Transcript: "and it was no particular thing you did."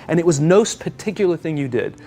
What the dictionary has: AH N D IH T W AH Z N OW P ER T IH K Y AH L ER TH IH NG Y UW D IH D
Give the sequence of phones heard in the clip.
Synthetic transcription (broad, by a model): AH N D IH T W AH Z N OW P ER T IH K Y L ER TH IH NG Y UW D IH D